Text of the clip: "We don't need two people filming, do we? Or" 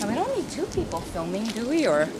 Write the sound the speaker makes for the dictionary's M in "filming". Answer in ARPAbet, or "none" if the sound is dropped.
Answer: M